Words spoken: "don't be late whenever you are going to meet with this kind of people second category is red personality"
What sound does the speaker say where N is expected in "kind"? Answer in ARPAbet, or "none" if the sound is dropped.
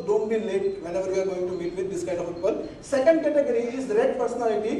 none